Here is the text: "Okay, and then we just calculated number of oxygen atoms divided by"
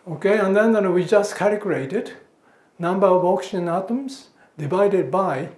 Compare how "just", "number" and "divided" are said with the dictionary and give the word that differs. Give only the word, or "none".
none